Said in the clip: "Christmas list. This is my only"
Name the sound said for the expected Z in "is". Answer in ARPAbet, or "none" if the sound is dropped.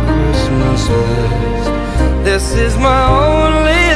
Z